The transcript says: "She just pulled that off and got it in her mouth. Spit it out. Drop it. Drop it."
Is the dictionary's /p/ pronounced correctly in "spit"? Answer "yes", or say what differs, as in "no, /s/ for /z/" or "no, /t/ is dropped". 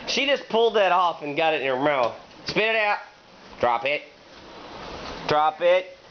yes